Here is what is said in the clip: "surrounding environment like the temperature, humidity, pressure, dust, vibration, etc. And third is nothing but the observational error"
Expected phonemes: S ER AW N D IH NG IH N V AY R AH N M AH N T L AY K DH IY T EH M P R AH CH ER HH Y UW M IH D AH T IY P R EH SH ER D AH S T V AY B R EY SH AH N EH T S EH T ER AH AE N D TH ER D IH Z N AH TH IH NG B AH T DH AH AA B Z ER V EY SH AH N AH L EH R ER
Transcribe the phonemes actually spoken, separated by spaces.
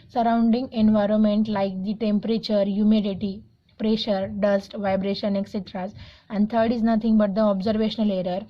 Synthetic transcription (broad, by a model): S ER AW N D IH NG IH N V AY R AH N M AH N T L AY K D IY T EH M P R AH CH ER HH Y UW M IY D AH T IY P R EH SH ER D AH S T V AY B R EY SH AH N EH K S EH T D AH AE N D T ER D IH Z N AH T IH NG B AH T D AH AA B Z ER V EY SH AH N AH L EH R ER